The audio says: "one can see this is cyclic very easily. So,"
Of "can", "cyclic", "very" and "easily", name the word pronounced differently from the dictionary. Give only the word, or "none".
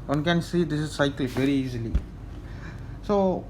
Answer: cyclic